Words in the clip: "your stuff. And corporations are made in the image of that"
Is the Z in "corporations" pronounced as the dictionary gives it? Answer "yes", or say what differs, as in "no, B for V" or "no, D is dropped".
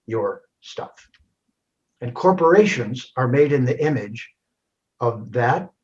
yes